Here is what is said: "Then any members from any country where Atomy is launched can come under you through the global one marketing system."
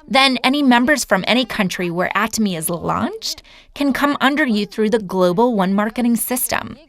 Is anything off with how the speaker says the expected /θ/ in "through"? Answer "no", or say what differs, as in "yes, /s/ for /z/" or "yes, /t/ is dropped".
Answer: no